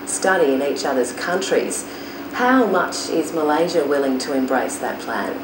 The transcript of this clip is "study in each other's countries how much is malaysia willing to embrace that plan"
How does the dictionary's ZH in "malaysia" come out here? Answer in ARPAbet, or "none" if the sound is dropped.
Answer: ZH